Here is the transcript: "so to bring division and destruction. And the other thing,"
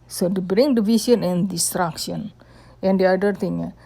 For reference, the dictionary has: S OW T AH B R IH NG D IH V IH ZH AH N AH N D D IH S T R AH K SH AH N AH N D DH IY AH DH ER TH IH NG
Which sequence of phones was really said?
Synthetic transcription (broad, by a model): S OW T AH B R IH NG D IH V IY S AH N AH N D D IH S T R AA K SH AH N AH N D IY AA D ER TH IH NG